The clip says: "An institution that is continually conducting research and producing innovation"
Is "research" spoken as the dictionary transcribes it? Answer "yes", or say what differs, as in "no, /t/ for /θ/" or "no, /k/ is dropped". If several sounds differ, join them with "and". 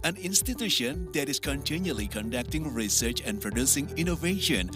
yes